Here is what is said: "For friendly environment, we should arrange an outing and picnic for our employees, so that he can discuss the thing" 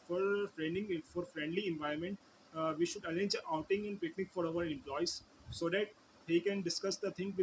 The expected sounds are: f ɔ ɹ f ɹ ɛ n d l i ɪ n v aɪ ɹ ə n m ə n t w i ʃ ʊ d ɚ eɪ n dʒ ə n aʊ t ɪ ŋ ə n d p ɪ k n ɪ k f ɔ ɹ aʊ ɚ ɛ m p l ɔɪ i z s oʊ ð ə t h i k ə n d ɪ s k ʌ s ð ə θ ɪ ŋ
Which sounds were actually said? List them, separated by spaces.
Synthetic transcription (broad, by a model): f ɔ ɹ f ɹ ɛ n d l i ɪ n v aɪ ə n m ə n t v i ʃ ʊ d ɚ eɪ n dʒ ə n aʊ t ɪ ŋ ə n d p ɪ k n ɪ k f ɔ ɹ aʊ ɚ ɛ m p l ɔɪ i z s oʊ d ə t h i k ə n d ɪ s k ʌ s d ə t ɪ ŋ